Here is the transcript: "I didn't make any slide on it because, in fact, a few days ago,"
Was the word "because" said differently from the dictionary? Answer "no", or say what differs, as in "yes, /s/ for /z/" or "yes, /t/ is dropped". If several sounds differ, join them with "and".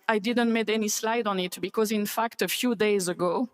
no